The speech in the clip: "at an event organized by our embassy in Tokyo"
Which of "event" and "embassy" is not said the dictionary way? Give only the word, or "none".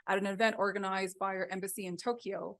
none